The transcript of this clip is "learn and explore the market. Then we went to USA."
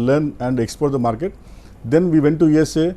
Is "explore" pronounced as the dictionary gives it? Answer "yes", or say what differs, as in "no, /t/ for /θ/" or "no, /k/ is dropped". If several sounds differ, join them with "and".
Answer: no, /l/ is dropped